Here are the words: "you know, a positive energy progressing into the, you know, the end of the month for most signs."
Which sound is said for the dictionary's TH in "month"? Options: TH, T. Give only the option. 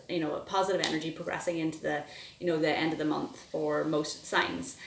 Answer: TH